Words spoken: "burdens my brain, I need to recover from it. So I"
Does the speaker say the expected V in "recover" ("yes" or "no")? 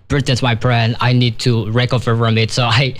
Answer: no